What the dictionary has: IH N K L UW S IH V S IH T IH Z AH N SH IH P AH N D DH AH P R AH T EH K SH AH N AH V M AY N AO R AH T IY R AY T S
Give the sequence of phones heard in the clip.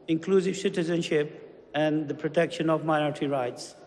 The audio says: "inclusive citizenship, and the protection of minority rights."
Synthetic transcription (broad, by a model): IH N K L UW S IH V S IH T IH Z AH N SH IH P AH N D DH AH P R AH T EH K SH AH N AH V M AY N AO R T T IY R AY T S